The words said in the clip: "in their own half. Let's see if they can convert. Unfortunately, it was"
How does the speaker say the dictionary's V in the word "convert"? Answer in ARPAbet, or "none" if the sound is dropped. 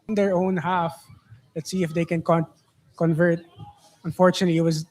V